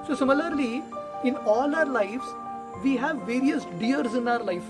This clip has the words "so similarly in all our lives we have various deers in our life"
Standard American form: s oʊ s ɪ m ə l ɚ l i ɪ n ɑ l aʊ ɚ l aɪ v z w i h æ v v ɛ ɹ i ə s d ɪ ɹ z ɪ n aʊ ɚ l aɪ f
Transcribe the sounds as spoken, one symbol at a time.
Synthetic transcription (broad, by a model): s oʊ s ɪ m ə l ɚ l i ɪ n ɑ l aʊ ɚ l aɪ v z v i h æ v v ɛ ɹ i ə s d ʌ ɹ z ɪ n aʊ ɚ l aɪ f